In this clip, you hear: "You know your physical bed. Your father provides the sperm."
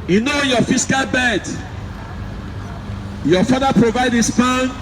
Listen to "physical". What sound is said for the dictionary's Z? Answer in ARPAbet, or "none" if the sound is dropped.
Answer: S